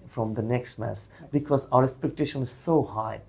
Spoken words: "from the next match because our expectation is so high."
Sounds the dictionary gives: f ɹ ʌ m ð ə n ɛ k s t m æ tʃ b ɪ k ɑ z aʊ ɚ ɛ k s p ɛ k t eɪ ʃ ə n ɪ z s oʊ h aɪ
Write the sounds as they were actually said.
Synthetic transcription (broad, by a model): f ɹ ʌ m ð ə n ɛ k s t m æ s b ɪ k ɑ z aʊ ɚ ɛ k s p ɛ k t eɪ ʃ ə n ɪ z s oʊ h aɪ